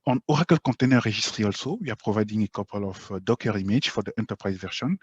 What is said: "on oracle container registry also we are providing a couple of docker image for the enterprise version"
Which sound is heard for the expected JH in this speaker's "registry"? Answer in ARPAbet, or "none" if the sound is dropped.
ZH